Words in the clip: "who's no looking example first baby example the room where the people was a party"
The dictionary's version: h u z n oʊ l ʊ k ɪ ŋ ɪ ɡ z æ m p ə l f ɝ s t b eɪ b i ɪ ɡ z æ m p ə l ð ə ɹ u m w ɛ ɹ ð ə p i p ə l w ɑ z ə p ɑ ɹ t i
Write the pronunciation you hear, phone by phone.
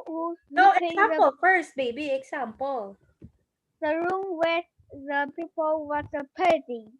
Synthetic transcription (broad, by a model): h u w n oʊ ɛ ɪ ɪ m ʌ p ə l f ɝ s t b eɪ b i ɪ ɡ s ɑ m p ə l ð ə ɹ u m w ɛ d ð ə p i p ə l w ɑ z ə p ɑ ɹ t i